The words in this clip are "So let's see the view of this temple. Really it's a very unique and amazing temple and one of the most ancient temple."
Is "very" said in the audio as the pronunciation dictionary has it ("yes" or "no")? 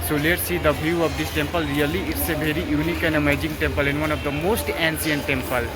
no